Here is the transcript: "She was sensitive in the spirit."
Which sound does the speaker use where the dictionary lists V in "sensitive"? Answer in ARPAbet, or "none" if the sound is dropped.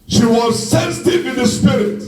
W